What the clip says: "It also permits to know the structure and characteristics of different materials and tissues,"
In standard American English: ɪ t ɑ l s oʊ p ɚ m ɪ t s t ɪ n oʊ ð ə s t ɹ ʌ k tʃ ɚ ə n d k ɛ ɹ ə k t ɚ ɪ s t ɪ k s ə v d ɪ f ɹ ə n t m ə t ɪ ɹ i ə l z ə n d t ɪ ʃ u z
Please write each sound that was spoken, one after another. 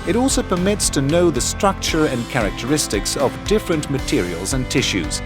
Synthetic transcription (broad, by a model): ɪ t ɑ l s oʊ p ɚ m ɪ t s t ɪ n oʊ ð ə s t ɹ ʌ k tʃ ɚ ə n k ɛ ɹ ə k t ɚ ɪ s t ɪ k s ə v d ɪ f ɹ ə n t m ə t ɪ ɹ i ə l z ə n t ɪ ʃ u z